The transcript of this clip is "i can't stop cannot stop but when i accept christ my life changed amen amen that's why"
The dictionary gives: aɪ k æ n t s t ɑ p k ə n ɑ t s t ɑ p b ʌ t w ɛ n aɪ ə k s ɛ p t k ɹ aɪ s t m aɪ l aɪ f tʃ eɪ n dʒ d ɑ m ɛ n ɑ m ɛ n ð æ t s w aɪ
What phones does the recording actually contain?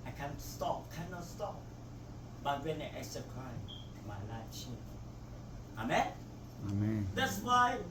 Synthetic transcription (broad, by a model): aɪ k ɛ n s t ɑ p k ə n ɑ t s t ɑ p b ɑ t w ɛ n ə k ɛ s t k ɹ aɪ t m aɪ l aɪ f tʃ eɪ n ɑ m ɛ n ɑ m ɛ n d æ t s w aɪ